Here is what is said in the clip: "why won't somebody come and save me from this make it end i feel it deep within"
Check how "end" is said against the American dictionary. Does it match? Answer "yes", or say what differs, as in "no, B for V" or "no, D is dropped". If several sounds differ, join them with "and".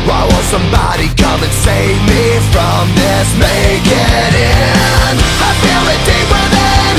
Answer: no, D is dropped